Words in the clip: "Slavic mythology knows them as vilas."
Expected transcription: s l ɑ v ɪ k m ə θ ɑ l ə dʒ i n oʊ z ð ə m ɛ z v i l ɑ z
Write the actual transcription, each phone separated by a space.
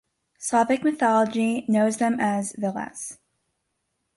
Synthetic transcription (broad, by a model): s ɑ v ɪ k m ə θ ɑ l ə dʒ i n oʊ z ð ə m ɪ z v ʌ l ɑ s